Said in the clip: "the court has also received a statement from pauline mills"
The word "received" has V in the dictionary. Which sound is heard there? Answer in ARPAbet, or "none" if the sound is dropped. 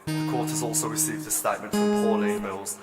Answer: V